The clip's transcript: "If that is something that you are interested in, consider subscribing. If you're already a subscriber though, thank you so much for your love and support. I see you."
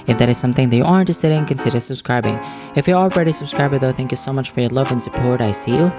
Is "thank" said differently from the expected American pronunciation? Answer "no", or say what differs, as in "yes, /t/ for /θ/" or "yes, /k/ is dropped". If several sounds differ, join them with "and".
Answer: no